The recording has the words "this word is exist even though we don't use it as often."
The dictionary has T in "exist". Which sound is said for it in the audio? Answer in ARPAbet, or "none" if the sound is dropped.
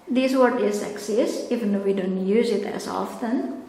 none